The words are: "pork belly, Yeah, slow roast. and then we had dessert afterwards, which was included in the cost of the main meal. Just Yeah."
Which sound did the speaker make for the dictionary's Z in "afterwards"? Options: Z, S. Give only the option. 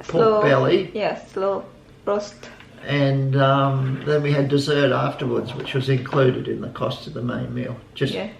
Z